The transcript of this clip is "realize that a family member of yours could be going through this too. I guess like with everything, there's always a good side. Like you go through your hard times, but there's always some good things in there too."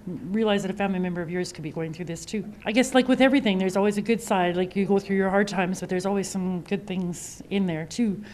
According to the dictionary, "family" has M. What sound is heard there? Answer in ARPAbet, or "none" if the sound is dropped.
none